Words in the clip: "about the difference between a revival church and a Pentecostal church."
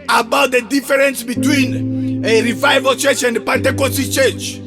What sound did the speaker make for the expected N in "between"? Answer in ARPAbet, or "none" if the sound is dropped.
N